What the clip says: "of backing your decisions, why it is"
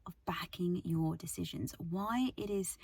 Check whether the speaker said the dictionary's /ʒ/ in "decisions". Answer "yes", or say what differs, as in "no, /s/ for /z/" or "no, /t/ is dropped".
yes